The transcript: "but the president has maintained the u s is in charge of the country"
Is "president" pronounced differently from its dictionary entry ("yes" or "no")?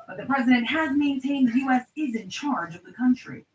no